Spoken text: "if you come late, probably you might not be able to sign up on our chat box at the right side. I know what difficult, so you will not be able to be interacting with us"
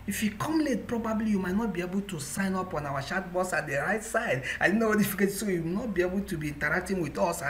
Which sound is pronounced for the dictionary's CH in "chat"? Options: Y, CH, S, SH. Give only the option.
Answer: SH